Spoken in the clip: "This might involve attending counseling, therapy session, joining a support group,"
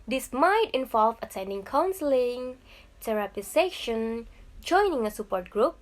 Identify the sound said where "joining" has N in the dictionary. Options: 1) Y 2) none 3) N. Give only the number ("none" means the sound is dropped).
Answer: 3